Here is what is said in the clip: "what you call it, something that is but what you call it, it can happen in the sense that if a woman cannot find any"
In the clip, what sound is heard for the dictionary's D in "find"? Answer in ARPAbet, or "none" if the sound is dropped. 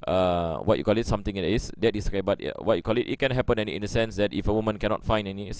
none